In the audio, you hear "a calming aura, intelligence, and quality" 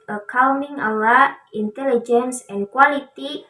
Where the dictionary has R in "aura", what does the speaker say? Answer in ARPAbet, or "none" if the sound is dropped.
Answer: L